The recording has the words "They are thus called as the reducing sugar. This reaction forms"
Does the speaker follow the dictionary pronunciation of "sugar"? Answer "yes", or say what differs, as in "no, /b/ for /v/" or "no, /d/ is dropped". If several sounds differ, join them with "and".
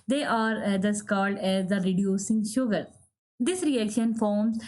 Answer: yes